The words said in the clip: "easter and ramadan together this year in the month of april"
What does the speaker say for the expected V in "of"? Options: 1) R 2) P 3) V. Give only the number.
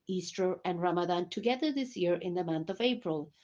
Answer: 3